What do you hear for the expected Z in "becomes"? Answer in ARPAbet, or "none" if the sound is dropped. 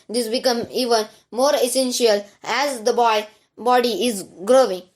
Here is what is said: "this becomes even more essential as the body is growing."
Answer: none